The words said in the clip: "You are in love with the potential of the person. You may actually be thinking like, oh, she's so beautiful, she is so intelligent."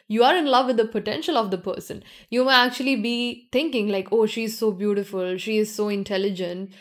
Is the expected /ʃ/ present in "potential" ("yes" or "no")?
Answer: yes